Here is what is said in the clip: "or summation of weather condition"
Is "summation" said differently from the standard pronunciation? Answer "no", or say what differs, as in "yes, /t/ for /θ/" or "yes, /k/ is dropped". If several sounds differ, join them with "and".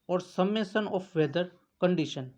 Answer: yes, /s/ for /ʃ/